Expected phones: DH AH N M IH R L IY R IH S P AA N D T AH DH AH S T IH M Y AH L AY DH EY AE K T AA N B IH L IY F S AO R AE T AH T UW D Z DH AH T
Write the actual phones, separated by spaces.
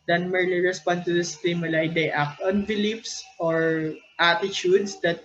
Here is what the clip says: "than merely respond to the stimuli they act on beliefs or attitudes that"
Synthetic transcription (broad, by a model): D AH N M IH R L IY R IH S P AA N D T AH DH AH S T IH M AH L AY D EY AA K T AA N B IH L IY P S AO R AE T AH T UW D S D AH T